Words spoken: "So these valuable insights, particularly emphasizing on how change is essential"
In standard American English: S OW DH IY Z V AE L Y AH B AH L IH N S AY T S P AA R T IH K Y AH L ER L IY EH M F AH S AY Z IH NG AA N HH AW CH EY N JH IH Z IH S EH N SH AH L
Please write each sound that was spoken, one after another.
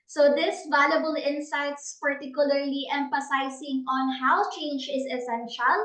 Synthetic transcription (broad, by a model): S OW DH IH S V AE L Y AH B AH L IH N S AY T S P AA R T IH K Y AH L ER L IY EH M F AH S AY S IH NG AA N HH AW CH EY N JH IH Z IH S EH N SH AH L